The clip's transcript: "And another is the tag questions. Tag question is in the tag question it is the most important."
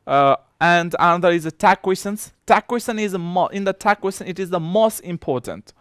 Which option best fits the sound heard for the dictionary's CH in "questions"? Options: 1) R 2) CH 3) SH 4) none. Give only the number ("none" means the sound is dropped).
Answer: 4